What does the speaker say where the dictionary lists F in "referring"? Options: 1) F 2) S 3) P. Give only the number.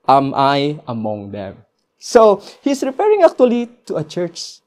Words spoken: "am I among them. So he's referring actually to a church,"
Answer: 3